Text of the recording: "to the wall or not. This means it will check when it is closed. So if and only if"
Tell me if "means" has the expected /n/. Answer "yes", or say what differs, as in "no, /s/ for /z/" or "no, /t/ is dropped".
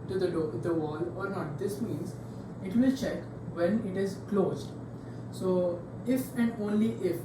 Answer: yes